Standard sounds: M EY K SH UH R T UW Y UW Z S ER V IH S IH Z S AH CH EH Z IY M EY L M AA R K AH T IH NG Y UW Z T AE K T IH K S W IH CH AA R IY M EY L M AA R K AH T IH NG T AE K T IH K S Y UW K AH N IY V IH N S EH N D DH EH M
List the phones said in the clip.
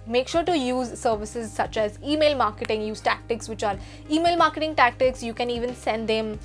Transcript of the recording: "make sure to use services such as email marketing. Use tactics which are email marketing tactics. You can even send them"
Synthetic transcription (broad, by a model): M EY K SH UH R T UW Y UW Z S ER V IH S IH Z S AH CH EH Z IY M EY L M AA R K AH T IH NG Y UW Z T AE K T IH K S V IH CH AA R IY M EY L M AA R K AH T IH NG T AE K T IH K S Y UW K AH N IY V IH N S EH N D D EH M